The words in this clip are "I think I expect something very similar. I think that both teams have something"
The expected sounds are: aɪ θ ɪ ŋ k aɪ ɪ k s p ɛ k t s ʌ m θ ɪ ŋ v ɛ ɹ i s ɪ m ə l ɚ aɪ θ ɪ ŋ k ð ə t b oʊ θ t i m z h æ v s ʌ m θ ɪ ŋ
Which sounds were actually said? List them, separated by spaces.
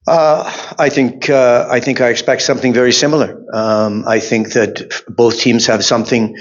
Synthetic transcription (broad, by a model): aɪ θ ɪ ŋ k aɪ ɪ k s p ɛ k t s ʌ m θ ɪ ŋ v ɛ ɹ i s ɪ m l ɚ aɪ θ ɪ ŋ k ð ə t b oʊ θ t i m z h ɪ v s ʌ m θ ɪ ŋ